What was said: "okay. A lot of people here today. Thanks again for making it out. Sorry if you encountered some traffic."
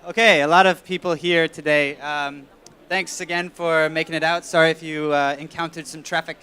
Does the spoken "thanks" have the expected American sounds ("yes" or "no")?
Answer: yes